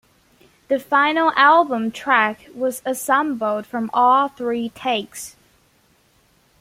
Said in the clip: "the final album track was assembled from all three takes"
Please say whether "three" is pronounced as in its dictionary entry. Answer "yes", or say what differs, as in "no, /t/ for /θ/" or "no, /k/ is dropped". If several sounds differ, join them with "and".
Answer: yes